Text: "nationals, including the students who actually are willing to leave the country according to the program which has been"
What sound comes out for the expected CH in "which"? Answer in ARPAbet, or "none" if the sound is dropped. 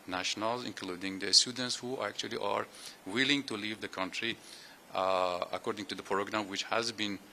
CH